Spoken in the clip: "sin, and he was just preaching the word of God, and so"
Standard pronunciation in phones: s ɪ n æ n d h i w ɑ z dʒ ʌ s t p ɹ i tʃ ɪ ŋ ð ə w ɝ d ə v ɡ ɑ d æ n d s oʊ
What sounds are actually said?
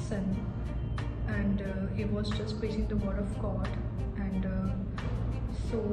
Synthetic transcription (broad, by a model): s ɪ n æ n d h i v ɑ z dʒ ʌ s t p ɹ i s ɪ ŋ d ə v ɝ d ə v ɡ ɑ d æ n d s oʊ